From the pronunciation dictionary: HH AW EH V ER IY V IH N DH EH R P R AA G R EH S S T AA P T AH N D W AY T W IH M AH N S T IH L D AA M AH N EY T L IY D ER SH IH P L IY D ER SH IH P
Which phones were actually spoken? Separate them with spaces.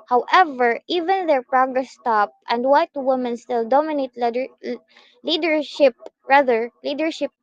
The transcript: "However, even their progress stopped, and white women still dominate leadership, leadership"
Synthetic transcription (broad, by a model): HH AW EH V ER IY V IH N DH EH R P R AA G R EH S S T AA P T AH N D W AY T W IH M AH N S T IH L D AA M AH N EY T L IY D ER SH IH P L IY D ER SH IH P